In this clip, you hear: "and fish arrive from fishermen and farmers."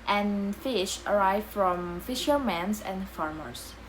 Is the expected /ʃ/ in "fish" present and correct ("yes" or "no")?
yes